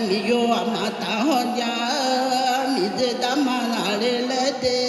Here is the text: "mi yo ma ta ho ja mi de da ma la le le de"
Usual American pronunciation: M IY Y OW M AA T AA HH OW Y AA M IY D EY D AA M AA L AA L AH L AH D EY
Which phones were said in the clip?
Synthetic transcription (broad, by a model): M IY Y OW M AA T AA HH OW Y AA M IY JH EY D AA M AA N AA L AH L AH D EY